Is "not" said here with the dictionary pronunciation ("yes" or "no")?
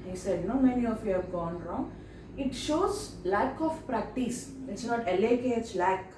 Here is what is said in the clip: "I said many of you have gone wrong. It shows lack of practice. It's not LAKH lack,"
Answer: no